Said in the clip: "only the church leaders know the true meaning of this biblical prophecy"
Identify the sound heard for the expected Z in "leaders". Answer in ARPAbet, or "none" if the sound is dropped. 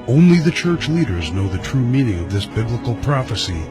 Z